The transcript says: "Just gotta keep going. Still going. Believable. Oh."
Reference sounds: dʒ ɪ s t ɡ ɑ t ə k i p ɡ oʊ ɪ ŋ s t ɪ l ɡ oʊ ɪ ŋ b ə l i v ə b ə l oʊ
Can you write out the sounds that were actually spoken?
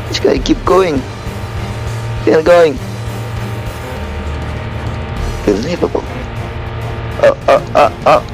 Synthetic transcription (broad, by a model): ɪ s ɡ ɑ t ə k i p ɡ oʊ ɪ ŋ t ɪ n ɡ oʊ ɪ ŋ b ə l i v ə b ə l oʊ